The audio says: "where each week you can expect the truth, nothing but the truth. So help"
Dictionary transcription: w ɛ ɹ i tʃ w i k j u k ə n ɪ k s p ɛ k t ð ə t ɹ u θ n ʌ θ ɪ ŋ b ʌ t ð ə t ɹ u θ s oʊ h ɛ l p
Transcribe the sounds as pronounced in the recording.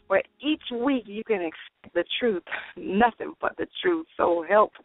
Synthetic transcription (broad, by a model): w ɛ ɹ i tʃ w i k j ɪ k ə n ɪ k s ɛ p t ð ə t ɹ u θ n ʌ θ ɪ ŋ b ʌ t ð ə t ɹ u θ s oʊ h ɛ l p